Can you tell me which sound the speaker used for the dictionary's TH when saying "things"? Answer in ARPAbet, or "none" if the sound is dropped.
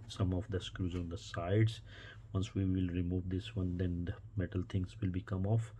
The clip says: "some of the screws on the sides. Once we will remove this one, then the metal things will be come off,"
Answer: T